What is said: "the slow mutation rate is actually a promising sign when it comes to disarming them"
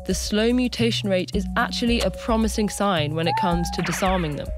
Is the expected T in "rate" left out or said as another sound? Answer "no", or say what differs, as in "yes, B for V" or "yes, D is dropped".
no